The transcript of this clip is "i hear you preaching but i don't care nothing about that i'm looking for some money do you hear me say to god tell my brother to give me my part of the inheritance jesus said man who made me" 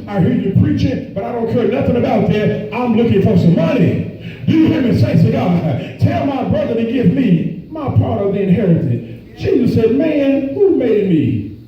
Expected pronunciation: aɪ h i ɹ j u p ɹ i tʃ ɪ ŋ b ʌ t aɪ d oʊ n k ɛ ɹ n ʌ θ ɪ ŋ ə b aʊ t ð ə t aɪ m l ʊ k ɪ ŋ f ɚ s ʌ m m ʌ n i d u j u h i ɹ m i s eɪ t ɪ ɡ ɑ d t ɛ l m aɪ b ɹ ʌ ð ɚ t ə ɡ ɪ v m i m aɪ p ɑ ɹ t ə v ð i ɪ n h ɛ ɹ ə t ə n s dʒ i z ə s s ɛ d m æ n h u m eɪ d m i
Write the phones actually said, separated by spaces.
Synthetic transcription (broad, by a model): aɪ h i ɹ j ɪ p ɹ i tʃ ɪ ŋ b ʌ t aɪ d oʊ n k ɛ ɹ n ʌ θ ɪ ŋ ə b aʊ t ð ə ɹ aɪ m l ʊ k ɪ ŋ f ɚ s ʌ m m ʌ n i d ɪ j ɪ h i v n s eɪ s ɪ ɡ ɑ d t ɛ l m aɪ b ɹ ʌ ð ɚ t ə ɡ ɪ v m i m aɪ p ɑ ɹ t ə v ð i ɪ n h ɛ ɹ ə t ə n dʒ i z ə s s ɛ d m æ n h u m eɪ d m i